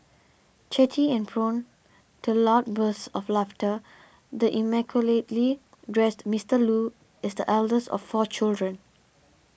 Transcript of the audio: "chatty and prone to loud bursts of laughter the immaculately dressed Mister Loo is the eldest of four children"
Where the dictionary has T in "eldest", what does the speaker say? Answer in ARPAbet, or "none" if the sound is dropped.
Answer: none